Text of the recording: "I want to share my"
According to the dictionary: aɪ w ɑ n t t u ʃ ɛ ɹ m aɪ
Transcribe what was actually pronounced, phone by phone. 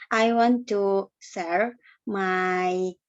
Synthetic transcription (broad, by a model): aɪ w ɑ n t t u s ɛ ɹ m aɪ